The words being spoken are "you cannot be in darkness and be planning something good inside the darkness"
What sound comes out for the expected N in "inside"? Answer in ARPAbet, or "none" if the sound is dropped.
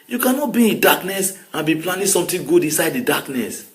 N